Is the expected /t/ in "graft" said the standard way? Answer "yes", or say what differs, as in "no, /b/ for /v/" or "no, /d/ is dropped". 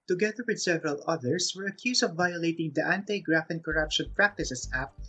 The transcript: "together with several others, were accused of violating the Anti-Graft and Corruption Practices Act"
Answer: no, /t/ is dropped